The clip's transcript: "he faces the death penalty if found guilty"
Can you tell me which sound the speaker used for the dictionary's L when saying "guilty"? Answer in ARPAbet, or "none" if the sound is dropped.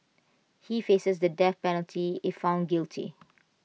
L